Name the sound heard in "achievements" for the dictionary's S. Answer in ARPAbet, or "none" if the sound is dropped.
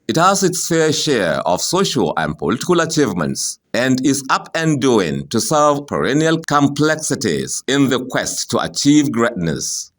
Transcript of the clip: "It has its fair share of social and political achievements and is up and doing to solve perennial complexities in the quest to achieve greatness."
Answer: S